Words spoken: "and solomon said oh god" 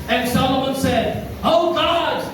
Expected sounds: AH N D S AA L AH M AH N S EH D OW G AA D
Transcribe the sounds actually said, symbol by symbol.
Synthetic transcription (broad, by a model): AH N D S AA L AH M AH N S EH D OW G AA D